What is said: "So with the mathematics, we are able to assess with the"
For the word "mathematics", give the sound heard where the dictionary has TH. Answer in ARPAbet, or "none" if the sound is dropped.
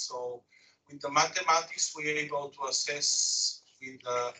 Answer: T